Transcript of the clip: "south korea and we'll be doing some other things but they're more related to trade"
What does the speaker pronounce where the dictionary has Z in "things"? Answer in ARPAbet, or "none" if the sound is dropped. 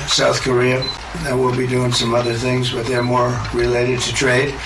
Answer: Z